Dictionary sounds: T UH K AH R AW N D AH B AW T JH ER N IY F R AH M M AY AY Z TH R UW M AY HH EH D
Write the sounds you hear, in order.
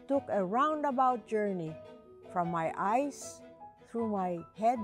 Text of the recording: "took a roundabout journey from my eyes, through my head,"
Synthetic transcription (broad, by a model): T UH K AH R AW N D AH B AW T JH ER N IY F R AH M M AY AY S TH R UW M AY HH EH D